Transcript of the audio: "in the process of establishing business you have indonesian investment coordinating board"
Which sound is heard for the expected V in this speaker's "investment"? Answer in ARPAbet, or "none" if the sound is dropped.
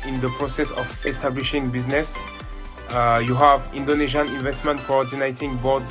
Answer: V